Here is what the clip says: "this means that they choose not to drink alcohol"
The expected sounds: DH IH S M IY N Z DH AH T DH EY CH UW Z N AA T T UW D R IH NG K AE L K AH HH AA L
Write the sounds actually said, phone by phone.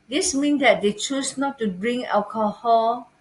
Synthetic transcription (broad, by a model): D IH S M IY N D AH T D EY CH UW S N AA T T UW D R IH NG AE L K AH HH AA L